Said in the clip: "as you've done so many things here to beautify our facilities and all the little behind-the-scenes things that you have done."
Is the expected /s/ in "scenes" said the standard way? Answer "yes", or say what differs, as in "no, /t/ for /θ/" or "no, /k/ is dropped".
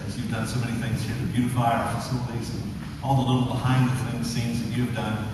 no, /θ/ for /s/